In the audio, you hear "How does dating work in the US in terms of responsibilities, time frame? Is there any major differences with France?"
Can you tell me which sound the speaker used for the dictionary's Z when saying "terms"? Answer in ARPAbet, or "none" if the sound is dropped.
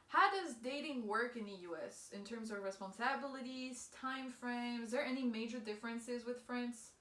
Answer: Z